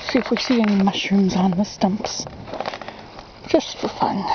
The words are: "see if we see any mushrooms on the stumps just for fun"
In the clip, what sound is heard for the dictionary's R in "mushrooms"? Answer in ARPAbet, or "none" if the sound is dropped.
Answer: none